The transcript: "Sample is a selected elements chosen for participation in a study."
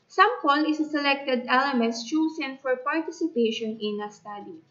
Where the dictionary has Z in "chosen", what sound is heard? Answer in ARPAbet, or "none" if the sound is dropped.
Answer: S